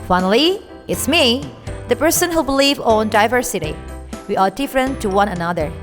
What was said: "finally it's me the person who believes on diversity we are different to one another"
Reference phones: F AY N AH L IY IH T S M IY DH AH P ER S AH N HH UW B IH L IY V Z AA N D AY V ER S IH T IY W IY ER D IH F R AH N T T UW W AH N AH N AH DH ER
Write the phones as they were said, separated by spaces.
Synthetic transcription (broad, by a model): F AY N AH L IY IH T S M IY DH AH P ER S AH N HH UW B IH L IY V AA N D AY V ER S IH T IY W IY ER D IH F R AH N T T UW W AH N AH N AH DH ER